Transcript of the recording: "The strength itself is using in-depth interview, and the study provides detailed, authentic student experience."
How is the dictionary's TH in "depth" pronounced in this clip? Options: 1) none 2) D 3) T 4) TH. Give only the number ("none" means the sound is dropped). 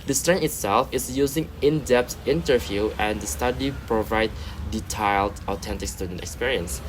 3